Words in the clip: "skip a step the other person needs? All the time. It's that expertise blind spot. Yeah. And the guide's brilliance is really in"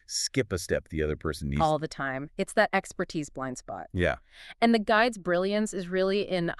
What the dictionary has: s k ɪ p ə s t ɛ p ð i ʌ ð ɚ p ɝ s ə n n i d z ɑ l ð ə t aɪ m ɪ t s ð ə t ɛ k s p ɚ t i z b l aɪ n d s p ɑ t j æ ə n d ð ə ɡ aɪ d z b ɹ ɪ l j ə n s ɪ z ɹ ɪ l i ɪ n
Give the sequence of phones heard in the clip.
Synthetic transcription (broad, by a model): s k ɪ p ə s t ɛ p ð i ʌ ð ɚ p ɝ s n n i ɑ l ð ə t aɪ m ɪ t s ð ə t ɛ k s p ɚ t i z b l aɪ n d s p ɑ t j æ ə n ð ə ɡ aɪ d z b ɹ ɪ l j ə n s ɪ z ɹ ɪ l i ɪ n